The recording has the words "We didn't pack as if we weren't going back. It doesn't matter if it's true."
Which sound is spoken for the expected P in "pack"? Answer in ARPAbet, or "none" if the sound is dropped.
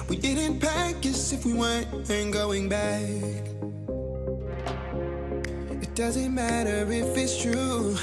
P